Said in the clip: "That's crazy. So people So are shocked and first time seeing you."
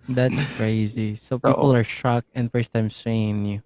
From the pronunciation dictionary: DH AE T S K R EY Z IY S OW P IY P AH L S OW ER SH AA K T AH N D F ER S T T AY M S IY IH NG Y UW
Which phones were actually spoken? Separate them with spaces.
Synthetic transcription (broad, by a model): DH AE T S K R EY Z IY S OW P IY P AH L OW ER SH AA K AH N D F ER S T T AY M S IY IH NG Y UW